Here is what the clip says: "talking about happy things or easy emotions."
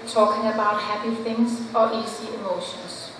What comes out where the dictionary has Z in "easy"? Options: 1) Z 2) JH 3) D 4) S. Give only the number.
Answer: 4